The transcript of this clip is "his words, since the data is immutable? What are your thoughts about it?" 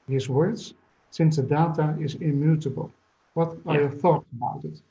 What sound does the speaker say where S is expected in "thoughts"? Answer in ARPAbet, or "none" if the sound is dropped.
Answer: none